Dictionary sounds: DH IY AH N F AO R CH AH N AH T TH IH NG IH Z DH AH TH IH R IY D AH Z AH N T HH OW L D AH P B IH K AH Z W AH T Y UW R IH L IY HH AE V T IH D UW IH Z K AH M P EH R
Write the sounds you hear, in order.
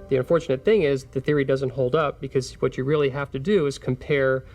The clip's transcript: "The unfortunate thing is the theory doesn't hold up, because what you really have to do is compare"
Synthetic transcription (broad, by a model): DH IY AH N F AO R CH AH N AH T TH IH NG IH Z DH AH TH IH R IY D AH Z AH N T HH OW L D AH P B IH K AH Z W AH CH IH R IH L IY HH AE F T IH D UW IH Z K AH M P EH R